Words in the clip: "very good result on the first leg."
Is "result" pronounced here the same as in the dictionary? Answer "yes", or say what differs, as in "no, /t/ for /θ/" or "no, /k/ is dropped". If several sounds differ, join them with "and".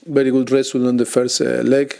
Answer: no, /t/ is dropped